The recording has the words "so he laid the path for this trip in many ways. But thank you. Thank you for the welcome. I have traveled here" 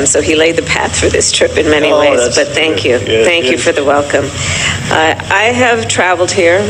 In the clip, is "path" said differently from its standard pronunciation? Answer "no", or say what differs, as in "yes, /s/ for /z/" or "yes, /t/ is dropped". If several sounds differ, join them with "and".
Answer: no